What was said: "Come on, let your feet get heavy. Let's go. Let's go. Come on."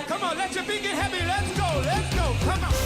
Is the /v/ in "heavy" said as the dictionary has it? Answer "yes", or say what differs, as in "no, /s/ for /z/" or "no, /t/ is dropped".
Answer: no, /p/ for /v/